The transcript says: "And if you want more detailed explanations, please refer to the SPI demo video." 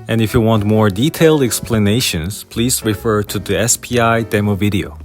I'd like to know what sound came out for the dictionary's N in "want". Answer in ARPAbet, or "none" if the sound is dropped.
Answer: N